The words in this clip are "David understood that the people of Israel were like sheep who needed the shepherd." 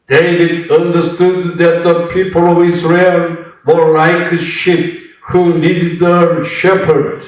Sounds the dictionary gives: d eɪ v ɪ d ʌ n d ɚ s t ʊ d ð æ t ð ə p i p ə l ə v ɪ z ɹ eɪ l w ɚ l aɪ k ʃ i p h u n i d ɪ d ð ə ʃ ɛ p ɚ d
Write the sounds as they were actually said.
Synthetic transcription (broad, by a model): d eɪ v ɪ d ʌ n d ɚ s t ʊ d ð æ t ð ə p i p ə l ə v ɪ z ɹ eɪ l w ɚ l aɪ k ʃ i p h u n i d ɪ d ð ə ʃ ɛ p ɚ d